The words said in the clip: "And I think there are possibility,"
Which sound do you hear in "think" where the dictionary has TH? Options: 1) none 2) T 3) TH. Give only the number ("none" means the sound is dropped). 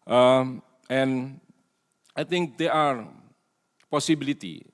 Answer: 2